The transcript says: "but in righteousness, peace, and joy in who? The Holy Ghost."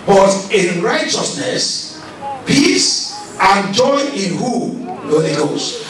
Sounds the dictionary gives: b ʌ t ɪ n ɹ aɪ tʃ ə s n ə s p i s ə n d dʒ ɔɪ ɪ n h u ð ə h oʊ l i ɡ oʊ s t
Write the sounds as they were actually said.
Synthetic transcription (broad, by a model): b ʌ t ɪ n ɹ aɪ tʃ ə s n ə s p i s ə n dʒ ɔɪ ɪ n h u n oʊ i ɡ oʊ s